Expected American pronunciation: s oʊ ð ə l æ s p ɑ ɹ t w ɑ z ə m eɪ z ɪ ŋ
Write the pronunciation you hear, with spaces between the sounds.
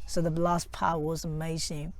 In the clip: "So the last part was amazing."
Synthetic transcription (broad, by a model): s oʊ ð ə l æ s p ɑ w ɑ z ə m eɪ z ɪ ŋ